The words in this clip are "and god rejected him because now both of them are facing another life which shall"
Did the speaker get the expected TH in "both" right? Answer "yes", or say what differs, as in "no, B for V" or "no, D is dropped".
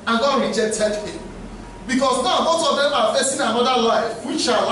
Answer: no, S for TH